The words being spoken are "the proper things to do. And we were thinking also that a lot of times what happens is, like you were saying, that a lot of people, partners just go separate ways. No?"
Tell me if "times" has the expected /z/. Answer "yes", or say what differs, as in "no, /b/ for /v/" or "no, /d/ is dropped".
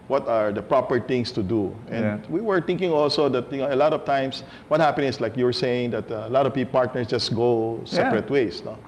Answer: no, /s/ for /z/